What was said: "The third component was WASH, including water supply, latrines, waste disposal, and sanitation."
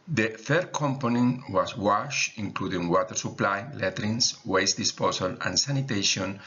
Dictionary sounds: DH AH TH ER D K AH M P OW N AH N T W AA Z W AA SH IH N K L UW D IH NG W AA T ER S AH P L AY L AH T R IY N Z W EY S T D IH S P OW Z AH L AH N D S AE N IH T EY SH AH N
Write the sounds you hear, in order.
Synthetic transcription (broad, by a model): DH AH F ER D K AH M P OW N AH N W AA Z W AA SH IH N K L UW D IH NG W AA T ER S AH P L AY L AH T R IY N S W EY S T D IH S P OW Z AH L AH N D S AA N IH T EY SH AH N